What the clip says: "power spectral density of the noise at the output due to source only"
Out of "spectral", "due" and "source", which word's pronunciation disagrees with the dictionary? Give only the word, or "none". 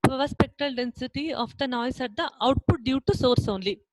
none